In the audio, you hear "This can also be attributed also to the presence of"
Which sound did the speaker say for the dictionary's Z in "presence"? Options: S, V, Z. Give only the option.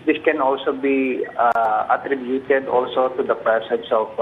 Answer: S